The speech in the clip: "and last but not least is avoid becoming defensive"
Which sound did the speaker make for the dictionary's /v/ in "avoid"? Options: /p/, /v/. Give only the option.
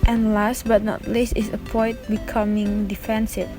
/p/